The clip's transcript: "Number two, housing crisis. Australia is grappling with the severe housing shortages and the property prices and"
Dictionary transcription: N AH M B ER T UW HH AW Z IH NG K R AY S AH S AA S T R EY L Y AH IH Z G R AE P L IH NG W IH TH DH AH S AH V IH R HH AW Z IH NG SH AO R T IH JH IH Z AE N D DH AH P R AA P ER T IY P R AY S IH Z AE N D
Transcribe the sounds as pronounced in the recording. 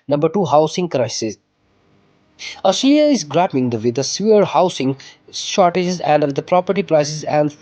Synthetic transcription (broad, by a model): N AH M B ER T UW HH AW S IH NG K R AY S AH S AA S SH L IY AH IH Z G R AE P IH NG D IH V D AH S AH AH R HH AW S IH NG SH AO R T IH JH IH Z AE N D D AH P R AA P ER T IY P R AY S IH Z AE N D